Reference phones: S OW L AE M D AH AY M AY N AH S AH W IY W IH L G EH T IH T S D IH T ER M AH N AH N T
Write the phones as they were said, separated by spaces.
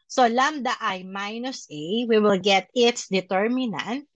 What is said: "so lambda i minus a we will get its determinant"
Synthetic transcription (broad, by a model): S OW L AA M D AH AY M AY N AH S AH W IY W IH L G EH T IH T S D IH T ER M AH N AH N T